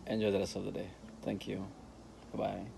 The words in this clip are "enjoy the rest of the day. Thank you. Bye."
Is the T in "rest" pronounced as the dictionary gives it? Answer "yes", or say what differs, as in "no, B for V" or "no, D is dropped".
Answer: no, T is dropped